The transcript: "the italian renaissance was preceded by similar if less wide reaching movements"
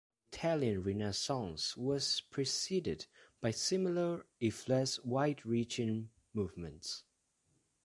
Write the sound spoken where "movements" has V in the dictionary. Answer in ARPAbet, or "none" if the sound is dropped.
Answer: V